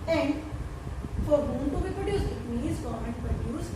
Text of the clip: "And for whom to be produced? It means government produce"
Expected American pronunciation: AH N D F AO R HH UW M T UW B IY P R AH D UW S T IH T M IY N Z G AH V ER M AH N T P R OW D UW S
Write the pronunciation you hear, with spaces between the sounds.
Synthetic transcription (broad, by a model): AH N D F AO R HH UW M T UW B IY P R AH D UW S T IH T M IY Z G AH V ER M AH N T P R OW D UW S